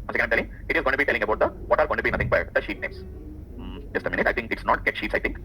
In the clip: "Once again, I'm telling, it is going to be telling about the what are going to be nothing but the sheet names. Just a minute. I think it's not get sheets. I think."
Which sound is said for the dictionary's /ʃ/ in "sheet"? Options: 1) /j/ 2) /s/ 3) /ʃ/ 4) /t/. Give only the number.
3